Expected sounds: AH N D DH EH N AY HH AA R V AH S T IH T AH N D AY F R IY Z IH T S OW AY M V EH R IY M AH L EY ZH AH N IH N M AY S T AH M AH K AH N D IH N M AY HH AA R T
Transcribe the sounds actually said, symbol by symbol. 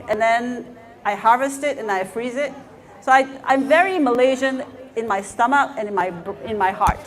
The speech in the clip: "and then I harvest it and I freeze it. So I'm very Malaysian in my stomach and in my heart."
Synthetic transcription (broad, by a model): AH N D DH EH N AY HH AA R V AH S T IH T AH N AY F R IY Z IH T S OW AY M V EH R IY M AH L EY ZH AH N IH N M AY S T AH M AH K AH N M IH N M AY HH AA R T